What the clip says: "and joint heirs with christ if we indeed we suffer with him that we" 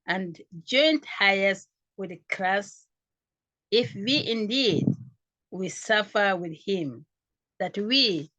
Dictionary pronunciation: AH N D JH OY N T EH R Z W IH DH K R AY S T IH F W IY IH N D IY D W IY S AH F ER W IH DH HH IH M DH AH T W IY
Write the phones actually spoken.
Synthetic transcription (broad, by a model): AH N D JH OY N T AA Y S W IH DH K L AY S IH F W IY IH N D IY D W IY S AH F ER W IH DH HH IH M DH AH T W IY